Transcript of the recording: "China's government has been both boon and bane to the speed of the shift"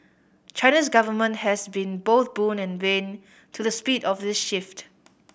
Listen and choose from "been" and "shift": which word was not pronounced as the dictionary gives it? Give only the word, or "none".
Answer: none